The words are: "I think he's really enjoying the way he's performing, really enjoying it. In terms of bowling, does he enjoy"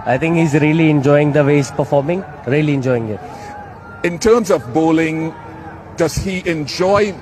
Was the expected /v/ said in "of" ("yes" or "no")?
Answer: yes